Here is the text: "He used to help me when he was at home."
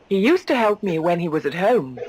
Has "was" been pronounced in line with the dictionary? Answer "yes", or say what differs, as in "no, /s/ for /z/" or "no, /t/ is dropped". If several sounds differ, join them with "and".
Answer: yes